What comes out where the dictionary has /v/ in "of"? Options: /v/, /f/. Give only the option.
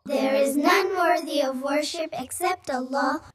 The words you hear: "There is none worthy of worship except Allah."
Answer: /v/